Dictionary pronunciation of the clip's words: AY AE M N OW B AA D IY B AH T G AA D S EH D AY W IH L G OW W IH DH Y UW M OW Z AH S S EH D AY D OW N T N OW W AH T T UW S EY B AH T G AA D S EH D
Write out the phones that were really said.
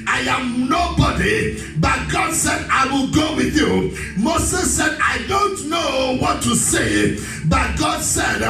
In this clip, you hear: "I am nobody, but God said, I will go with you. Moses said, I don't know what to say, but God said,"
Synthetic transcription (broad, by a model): AY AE M N OW B AA D IY B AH T G AA D S EH D AY W IH L G OW W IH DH Y UW M OW S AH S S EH D AY D OW N T N OW W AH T T UW S EY B AH T G AA D S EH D